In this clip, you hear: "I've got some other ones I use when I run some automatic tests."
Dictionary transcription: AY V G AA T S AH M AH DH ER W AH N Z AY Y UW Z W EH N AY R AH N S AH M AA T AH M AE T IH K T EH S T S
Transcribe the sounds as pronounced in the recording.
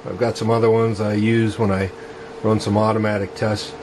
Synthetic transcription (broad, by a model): AY V G AA T S AH M AH DH ER W AH N Z AY Y UW Z W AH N AY R AH N S AH M AA T AH M AE T IH K T EH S S